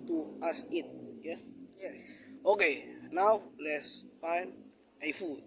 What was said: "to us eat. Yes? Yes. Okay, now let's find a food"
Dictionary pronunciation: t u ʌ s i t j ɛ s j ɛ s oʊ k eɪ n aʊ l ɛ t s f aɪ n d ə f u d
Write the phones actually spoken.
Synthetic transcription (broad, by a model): t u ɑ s i t j ɛ s j ɛ s oʊ k eɪ n aʊ l ɛ t s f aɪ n ə f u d